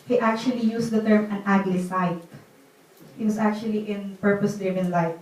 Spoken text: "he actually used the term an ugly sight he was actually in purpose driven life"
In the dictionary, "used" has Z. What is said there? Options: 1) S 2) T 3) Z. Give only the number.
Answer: 1